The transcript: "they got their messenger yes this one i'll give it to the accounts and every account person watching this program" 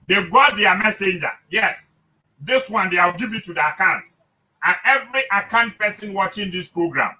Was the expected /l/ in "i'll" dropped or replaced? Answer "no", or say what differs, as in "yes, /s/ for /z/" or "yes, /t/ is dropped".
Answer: yes, /w/ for /l/